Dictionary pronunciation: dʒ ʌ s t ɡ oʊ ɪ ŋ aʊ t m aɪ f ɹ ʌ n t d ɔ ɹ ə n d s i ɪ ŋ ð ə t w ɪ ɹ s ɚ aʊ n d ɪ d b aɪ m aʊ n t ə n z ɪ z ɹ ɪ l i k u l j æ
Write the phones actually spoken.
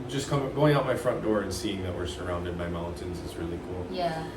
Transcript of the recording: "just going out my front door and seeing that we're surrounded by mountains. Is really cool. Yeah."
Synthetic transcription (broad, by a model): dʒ ʌ s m ɡ oʊ ɪ ŋ aʊ t m aɪ f ɹ ʌ n d ɔ ɹ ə n s i ɪ ŋ ð ə t w ɪ ɹ s ɚ aʊ n d ɪ d b aɪ m aʊ n t ə n z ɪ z ɹ ɪ l i k u l j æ